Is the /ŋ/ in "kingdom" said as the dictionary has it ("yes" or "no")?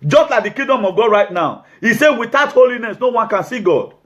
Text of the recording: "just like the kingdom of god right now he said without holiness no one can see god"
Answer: no